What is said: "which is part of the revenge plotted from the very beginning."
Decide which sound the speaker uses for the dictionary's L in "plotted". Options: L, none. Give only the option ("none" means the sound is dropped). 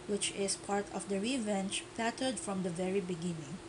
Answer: none